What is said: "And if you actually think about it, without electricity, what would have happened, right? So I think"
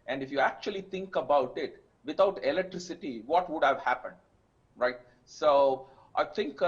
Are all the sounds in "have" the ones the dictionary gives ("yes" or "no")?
yes